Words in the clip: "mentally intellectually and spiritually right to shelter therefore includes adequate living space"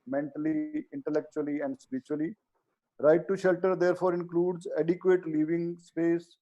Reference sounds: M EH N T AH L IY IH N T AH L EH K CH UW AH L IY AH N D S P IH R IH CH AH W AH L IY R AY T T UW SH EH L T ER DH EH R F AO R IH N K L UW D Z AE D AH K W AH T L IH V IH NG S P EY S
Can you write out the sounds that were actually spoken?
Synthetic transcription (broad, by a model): M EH N T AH L IY IH N T AH L EH K CH UW AH L IY AH N D S P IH R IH CH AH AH L IY R AY T T UW SH EH L T ER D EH R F AO R IH N K L UW D Z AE D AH K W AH T L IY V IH NG S P EY S